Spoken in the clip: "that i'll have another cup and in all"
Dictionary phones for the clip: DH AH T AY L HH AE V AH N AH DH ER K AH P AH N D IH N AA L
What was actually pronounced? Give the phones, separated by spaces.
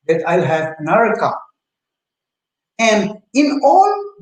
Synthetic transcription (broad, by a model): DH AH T AY L HH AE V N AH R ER K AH AH N D IH N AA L